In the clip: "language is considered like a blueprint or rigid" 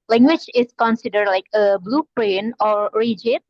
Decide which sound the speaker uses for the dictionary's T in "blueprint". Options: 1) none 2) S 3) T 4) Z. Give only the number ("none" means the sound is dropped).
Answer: 1